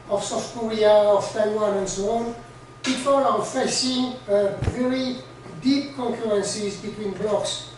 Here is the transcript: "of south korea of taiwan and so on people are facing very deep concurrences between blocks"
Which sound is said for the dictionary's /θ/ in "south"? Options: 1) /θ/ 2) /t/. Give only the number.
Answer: 2